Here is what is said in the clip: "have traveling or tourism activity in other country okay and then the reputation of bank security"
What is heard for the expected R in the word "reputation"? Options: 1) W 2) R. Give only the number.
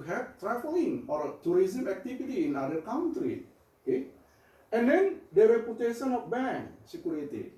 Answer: 1